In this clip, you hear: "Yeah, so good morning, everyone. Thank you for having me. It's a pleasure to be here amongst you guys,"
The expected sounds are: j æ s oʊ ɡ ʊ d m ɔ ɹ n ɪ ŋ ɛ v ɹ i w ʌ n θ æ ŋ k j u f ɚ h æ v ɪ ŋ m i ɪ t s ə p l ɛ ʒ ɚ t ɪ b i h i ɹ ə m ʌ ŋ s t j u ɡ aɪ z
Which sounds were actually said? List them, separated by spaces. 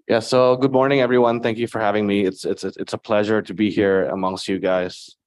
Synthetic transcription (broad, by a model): j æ s oʊ ɡ ʊ d m ɔ ɹ n ɪ ŋ ɛ v ɹ i w ʌ n θ æ ŋ k j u f ɚ h æ v ɪ ŋ m i ɪ t s ə p l ɛ ʒ ɚ t ɪ b i h i ɹ ə m ʌ ŋ s t j u ɡ aɪ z